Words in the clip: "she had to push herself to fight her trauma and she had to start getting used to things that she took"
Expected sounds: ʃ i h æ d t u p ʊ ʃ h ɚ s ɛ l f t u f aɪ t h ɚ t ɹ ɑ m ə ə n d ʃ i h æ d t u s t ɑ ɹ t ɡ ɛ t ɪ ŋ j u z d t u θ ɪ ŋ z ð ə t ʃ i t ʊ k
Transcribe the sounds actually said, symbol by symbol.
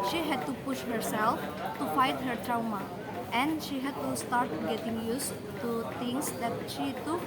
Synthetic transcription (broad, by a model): ʃ i h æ d t u p ʊ ʃ h ɚ s ɛ l f t u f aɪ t h ɚ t ɹ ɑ m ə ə n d ʃ i h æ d t u s t ɑ ɹ t ɡ ɛ t ɪ ŋ j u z t u t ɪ ŋ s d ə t ʃ i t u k